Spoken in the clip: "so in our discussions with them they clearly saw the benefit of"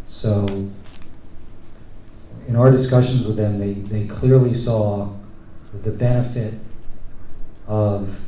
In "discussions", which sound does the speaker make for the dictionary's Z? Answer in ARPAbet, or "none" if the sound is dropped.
Z